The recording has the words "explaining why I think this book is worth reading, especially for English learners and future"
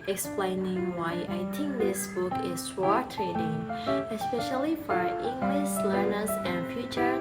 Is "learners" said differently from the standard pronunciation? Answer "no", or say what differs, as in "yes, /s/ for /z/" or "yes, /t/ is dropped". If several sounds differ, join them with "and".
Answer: no